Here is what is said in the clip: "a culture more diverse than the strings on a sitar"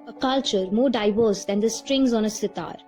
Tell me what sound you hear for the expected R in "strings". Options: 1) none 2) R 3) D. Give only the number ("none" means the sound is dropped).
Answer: 2